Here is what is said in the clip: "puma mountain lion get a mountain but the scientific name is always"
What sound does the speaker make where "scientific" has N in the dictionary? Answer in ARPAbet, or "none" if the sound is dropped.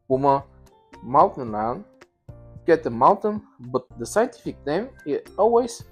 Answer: N